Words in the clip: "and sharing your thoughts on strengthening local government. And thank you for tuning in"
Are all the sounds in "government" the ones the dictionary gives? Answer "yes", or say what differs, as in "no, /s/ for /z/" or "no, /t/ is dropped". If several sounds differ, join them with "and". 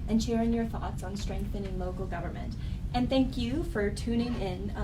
yes